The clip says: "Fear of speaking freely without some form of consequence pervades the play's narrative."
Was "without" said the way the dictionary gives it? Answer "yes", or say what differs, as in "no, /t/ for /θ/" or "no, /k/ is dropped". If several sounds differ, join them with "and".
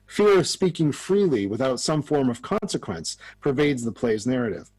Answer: yes